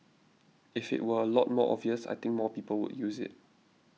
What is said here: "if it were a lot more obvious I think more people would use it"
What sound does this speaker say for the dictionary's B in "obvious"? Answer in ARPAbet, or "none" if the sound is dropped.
none